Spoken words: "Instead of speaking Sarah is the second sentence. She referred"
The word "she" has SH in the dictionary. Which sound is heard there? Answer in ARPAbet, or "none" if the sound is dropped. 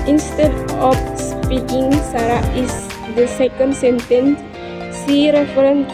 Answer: S